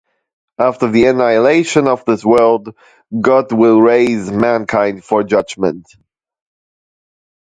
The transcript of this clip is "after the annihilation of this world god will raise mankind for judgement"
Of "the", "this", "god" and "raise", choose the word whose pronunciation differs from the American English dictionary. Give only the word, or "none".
none